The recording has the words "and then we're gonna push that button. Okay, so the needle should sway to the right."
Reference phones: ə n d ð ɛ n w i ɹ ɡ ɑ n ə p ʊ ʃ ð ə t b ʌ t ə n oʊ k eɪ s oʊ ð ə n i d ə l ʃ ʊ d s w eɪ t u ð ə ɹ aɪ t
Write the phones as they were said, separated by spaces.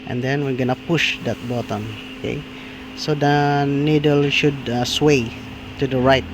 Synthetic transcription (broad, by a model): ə n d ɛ n w i ɹ ɡ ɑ n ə p ʊ ʃ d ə t b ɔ t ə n oʊ k eɪ s oʊ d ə n i d ə l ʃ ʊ d s w eɪ t u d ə ɹ aɪ t